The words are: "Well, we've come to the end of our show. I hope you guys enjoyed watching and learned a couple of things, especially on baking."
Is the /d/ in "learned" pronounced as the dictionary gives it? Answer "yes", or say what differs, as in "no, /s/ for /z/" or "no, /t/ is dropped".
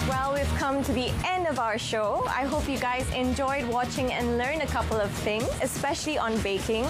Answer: no, /d/ is dropped